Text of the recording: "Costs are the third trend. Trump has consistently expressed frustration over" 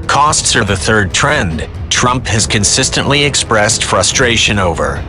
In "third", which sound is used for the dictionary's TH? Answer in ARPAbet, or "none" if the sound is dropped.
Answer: TH